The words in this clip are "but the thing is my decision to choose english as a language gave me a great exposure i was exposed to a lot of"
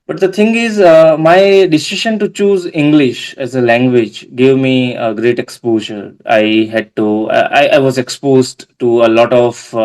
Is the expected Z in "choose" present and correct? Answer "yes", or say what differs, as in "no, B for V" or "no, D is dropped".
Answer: yes